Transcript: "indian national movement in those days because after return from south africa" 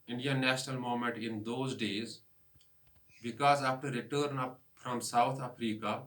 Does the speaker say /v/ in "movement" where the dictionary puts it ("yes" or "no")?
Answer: no